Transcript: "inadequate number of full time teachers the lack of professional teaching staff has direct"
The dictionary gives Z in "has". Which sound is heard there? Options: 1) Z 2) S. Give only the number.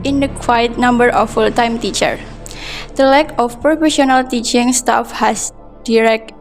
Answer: 2